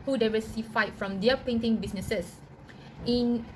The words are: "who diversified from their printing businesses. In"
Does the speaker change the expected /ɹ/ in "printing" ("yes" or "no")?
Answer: yes